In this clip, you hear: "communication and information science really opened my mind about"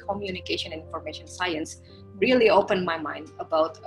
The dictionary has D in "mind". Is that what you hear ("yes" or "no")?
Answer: yes